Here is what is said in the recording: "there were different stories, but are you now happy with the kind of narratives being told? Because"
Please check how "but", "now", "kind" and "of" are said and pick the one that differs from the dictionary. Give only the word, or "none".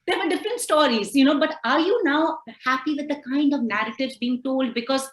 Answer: none